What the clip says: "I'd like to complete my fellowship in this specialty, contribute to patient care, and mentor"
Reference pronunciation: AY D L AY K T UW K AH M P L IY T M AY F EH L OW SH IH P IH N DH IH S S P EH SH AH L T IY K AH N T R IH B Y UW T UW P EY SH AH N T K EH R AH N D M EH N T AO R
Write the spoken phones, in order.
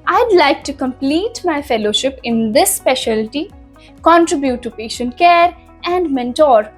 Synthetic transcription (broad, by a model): AY D L AY K T UW K AH M P L IY T M AY F EH L OW SH IH P IH N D IH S S P EH SH AH L T IY K AH N T R IH B Y UW T UW P EY SH AH N T K EH R AH N D M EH N T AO R